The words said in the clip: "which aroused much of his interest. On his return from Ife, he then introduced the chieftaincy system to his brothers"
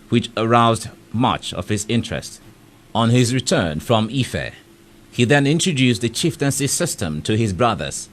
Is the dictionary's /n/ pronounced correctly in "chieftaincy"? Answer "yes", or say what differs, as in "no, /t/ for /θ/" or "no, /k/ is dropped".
yes